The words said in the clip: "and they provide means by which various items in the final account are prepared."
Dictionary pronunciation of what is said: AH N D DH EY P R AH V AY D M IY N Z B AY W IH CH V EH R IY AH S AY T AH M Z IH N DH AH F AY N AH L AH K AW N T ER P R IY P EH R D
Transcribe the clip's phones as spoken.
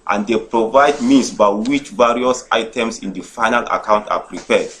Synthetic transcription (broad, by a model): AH N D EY P R AH V AY D M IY N S B AY W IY CH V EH R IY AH S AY T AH M S IH N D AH F AY N AH L AH K AW N T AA P R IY P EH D